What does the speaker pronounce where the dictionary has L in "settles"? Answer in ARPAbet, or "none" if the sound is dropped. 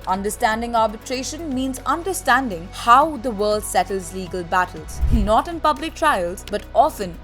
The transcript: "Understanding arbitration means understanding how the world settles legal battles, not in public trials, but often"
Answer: L